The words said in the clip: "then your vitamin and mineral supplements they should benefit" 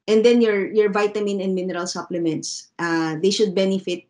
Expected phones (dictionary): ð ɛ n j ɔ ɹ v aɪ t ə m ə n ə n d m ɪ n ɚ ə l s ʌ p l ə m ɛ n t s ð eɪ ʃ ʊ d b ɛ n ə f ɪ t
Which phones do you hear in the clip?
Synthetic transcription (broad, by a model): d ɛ n j ɔ ɹ v aɪ t ə m ə n ə n d m ɪ n ɚ ə l s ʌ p l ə m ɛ n t s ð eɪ ʃ ʊ d b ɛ n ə f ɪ t